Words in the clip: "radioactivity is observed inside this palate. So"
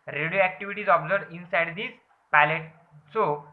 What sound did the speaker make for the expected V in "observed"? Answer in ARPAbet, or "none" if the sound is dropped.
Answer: none